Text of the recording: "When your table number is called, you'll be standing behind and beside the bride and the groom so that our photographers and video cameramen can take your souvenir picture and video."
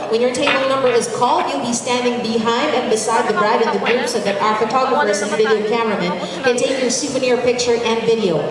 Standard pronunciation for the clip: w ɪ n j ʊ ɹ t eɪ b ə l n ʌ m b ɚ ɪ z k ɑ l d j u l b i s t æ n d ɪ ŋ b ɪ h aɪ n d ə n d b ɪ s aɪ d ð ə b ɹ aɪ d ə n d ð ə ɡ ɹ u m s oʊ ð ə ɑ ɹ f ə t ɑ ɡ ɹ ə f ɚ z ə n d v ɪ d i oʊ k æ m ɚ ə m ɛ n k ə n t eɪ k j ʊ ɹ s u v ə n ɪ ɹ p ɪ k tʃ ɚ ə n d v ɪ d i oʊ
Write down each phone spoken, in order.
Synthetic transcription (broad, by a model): w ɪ n j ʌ ɹ t eɪ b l n ʌ m b ɚ ɪ z k ɑ l d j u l b i s t æ n d ɪ ŋ b ɪ h aɪ n d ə n b ɪ s aɪ d ð ə b ɹ aɪ d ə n ð ə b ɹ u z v ð ə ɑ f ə t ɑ ɡ ɹ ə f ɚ s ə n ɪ v ɪ d i oʊ k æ m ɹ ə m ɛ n k ə n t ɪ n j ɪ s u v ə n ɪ ɹ p ɪ k tʃ ɚ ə n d v ɪ d i oʊ